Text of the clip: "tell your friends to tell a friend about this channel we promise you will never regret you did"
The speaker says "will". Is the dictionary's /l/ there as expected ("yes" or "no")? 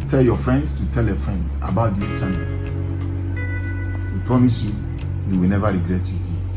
no